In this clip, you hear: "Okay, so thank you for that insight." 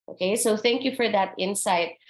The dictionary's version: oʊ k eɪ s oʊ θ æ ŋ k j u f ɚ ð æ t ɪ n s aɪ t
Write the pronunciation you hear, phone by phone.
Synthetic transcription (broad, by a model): oʊ k eɪ s oʊ θ æ ŋ k j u f ɚ ð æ t ɪ n s aɪ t